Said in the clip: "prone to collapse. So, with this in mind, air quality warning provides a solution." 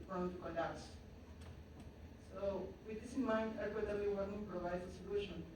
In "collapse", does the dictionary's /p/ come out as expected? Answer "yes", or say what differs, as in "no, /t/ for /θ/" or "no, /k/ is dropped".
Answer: no, /p/ is dropped